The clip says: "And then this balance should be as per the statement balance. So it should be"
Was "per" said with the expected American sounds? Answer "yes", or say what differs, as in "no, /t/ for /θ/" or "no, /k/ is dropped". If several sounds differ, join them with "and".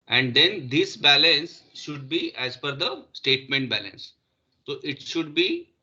no, /f/ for /p/